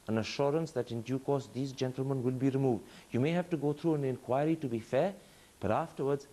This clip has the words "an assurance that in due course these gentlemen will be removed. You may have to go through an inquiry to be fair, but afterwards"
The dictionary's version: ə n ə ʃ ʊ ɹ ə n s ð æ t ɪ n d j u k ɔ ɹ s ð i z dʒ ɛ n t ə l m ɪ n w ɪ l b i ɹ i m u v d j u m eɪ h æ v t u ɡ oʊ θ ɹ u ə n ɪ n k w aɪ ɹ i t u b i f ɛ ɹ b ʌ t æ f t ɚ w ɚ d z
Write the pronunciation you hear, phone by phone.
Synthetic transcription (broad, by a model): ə n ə ʃ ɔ ɹ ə n s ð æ t ɪ n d j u k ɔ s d i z dʒ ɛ n t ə l m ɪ n w ɪ l b i ɹ i m u v d j u m eɪ h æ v t u ɡ oʊ t ɹ u ə n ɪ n k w aɪ ɹ i t u b i f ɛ b ʌ t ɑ f t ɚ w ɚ d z